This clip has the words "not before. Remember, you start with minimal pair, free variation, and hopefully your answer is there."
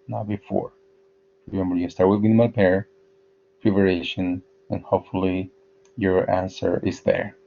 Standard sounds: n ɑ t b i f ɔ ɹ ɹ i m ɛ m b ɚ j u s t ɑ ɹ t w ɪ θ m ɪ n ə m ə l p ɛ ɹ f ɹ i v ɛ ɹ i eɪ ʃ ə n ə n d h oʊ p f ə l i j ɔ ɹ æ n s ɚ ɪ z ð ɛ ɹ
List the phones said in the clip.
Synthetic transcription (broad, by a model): n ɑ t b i f ɔ ɹ ɹ i m ɛ m b ɚ j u s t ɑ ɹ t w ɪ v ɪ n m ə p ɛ ɹ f i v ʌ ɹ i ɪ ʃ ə n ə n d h oʊ p f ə l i j ɔ ɹ æ n s ɚ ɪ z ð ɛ ɹ